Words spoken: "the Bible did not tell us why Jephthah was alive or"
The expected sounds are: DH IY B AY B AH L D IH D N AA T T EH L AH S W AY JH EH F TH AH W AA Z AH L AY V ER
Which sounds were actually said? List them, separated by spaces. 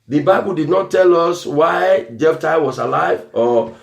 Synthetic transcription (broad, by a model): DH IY B AY B AH L D IH D N AA T T EH L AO S W AY JH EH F T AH W AA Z AH L AY V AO